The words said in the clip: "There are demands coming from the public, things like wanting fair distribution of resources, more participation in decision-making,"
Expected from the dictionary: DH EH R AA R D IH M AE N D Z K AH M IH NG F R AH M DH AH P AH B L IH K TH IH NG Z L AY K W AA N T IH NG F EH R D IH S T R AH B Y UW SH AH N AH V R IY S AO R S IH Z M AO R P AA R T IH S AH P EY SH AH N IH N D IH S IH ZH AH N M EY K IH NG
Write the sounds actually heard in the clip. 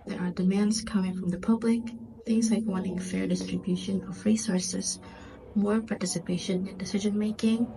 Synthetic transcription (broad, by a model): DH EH R AA R D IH M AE N D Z K AH M IH NG F R AH M DH AH P AH B L IH K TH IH NG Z L AY K W AA N T IH NG F EH R D IH S T R AH B Y UW SH AH N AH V R IY S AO R S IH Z M AO R P AA R T IH S AH P EY SH AH N IH N D IH S IH ZH AH N M EY K IH NG